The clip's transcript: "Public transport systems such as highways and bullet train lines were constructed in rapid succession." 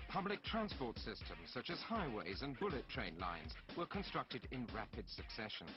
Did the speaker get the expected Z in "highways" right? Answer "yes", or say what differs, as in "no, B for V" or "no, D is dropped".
yes